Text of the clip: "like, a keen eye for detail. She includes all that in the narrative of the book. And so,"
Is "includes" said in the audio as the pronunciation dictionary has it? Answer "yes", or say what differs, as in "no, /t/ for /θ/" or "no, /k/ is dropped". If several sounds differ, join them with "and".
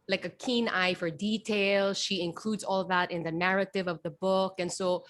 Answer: yes